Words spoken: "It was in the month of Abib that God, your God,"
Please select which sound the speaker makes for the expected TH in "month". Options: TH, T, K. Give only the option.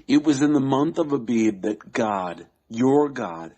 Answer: TH